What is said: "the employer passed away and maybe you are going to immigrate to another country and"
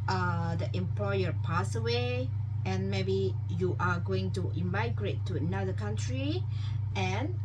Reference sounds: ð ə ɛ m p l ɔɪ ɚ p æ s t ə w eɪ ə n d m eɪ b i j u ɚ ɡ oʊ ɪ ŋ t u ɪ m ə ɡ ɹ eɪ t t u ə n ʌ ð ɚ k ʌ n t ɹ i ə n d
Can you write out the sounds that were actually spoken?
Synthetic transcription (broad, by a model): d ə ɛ m p l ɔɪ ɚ p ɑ s ə w eɪ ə n m eɪ b i j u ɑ ɡ oʊ ɪ ŋ t u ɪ m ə ɡ ɹ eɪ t t u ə n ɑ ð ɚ k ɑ n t ɹ i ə n